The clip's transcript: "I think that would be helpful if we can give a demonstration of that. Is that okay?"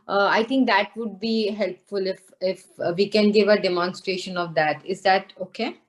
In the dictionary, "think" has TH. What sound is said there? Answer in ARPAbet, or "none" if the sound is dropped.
T